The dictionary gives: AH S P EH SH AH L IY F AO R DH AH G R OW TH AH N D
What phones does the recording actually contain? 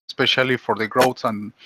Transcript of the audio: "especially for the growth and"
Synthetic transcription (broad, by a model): S P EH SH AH L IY F AO R DH AH G R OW S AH N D